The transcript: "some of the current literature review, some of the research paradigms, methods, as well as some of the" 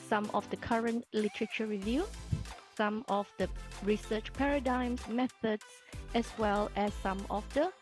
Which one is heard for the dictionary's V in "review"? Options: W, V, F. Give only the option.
V